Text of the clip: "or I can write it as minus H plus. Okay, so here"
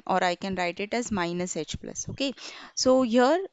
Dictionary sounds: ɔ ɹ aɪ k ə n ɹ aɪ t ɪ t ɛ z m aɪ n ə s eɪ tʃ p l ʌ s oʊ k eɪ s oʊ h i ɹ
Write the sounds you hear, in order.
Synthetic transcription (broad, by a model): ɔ ɹ aɪ k ə n ɹ aɪ t ɪ t ɛ z m aɪ n ə s eɪ tʃ p l ʌ s oʊ k eɪ s oʊ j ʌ ɹ